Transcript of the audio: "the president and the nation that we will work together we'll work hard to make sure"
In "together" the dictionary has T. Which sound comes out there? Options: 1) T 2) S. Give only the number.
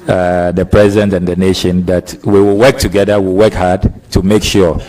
1